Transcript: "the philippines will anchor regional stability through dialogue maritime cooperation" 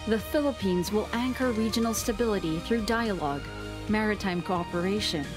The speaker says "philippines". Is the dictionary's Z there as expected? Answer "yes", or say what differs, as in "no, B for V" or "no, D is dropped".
yes